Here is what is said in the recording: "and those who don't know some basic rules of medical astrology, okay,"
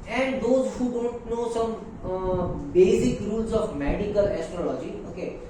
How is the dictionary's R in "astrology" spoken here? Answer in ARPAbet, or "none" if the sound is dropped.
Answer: R